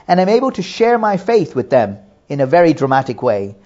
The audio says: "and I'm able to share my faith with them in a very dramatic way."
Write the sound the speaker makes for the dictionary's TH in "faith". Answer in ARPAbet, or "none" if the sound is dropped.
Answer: TH